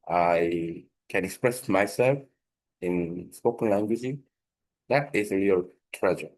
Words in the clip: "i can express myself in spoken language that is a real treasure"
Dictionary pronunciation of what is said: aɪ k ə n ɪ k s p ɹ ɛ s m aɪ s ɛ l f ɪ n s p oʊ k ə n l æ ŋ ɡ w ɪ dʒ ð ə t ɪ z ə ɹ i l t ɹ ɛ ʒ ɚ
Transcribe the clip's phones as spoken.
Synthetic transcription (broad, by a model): aɪ k ə n ɪ k s p ɹ ɛ s m aɪ s ɛ l f ɪ n s p oʊ k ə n l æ ŋ ɡ w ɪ dʒ ð ə t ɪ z ə ɹ i l t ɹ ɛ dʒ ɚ